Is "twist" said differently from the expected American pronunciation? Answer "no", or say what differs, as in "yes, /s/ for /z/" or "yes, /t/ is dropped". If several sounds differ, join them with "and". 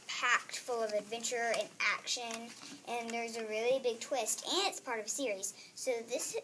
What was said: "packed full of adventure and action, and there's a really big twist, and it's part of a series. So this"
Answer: no